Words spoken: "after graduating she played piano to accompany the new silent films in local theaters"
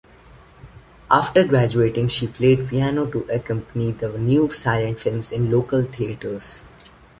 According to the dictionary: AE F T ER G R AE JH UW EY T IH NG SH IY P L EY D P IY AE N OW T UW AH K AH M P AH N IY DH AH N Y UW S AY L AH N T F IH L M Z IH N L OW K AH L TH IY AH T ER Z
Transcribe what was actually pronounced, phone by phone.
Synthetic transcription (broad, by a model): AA F T ER G R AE JH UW EY T IH NG SH IY P L EY D P IY AE N OW T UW AH K AH M P AH N IY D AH N Y UW S AY L AH N T F IH L M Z IH N L OW K AH L T IY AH T ER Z